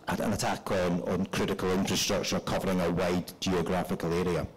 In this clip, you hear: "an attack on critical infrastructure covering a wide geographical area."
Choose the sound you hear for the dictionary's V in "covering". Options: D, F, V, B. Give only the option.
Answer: V